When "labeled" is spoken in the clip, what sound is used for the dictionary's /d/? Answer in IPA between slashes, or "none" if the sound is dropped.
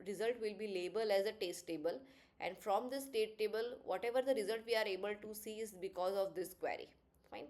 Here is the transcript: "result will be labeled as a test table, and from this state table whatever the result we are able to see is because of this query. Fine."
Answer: none